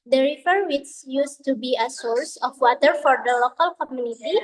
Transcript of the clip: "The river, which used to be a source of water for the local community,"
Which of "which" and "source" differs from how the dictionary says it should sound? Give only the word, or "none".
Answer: which